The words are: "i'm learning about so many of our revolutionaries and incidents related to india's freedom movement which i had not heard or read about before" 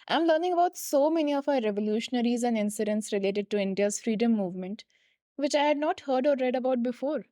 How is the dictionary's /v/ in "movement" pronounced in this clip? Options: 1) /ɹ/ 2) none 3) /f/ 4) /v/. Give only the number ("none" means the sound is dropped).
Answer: 4